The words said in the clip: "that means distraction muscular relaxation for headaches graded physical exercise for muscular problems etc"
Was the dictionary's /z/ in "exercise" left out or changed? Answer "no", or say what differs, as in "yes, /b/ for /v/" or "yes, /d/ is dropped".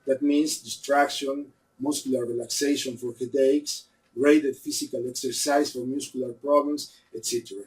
yes, /s/ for /z/